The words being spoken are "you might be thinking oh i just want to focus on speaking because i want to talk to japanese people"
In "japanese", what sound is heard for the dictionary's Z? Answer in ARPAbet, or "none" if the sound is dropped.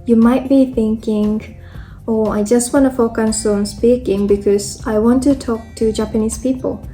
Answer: S